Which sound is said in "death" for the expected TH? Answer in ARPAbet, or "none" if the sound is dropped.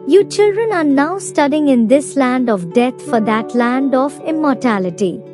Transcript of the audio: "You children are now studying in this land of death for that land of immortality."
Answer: T